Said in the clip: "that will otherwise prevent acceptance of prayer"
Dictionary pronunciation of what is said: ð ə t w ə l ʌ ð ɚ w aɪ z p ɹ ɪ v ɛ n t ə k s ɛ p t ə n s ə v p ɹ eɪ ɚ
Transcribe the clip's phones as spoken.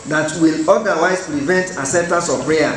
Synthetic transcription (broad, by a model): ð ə t w ə l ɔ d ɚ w aɪ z p ɹ ɪ v ɛ n t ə s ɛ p t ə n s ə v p ɹ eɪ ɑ